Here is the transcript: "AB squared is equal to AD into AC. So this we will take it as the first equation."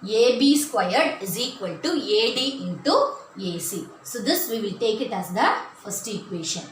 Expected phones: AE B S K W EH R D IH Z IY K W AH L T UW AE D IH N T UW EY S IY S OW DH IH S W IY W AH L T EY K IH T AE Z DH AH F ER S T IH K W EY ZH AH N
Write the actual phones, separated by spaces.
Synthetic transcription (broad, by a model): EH B S K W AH R D IH Z IY K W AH L T UW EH D IH N T UW EY S IY S OW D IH S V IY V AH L T EY K IH T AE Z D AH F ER S T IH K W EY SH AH N